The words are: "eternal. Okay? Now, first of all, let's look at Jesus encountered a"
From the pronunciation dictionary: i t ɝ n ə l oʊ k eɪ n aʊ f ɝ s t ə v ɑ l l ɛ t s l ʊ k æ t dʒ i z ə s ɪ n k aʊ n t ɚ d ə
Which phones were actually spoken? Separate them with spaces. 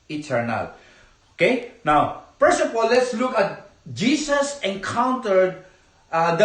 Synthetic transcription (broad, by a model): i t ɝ n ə l oʊ k eɪ n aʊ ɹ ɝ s ə p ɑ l l ɛ t s l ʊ k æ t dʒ i s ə s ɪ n k aʊ n t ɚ d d